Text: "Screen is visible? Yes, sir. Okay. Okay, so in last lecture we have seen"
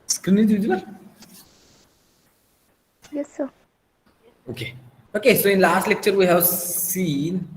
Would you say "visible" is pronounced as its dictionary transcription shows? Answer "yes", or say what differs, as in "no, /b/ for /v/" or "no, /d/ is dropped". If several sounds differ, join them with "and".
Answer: no, /b/ is dropped